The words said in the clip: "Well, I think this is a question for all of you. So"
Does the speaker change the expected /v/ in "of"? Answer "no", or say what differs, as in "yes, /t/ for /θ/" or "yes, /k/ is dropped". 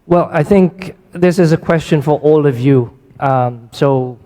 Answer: no